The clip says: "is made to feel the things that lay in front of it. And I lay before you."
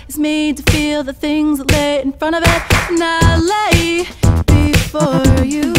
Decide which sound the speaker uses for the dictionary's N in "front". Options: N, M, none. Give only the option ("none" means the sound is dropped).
none